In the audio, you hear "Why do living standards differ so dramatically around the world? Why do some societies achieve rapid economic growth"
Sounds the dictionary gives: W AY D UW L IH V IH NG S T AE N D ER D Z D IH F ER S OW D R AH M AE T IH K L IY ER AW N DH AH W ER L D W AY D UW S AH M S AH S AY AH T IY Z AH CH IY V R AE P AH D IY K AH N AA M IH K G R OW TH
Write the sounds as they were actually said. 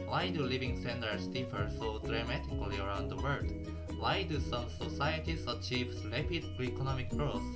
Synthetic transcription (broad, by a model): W AY D UW L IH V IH NG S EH N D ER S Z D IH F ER S OW D R AH M AE T IH K L IY ER AW N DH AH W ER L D W AY D UW S AH M S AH S AY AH T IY S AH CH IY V L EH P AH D IY K AH N AA M IH K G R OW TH